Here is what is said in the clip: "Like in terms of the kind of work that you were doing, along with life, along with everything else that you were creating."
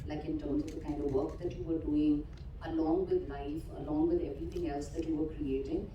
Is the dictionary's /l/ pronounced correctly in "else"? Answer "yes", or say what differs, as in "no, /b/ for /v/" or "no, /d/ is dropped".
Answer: yes